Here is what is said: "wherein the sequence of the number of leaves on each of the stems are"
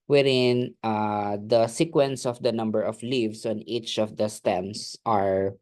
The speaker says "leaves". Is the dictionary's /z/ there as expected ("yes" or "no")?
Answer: no